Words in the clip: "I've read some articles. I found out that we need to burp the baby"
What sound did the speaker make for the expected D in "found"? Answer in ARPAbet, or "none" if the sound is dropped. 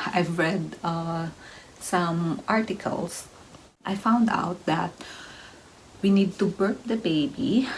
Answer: D